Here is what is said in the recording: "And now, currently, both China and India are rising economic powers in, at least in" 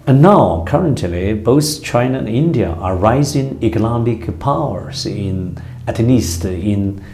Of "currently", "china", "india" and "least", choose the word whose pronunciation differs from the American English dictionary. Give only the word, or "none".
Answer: least